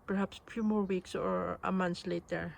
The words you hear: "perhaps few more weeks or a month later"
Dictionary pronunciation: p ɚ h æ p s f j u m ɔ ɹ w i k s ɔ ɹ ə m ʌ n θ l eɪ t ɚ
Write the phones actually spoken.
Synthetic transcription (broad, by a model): p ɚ h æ p s f j u m ɔ ɹ w i k s ɔ ɹ ə m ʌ n s l eɪ t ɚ